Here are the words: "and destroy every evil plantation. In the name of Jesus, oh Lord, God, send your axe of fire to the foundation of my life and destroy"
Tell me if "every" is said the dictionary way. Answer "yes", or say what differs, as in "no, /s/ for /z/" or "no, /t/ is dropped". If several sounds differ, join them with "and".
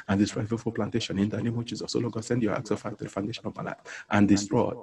no, /ɹ/ is dropped